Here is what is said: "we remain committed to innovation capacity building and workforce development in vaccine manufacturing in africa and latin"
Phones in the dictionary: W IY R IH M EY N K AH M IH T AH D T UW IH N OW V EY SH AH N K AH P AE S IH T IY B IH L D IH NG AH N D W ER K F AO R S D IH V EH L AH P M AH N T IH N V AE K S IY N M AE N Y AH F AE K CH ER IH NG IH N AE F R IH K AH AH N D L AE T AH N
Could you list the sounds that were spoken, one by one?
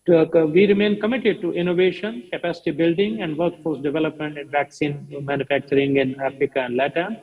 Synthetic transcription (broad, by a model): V IY R IH M EY N K AH M IH T AH D T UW IH N OW V EY SH AH N K AH P AE S IH T IY B IH L D IH NG AH N D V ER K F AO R S D IH V EH L AH P M AH N T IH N V AE K S IY N M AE N Y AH F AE K CH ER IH NG IH N AE F R IH K AH AH N D L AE T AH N